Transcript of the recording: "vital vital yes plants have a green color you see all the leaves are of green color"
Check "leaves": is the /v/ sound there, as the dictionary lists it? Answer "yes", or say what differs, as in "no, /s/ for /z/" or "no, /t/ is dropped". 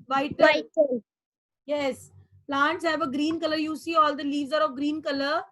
yes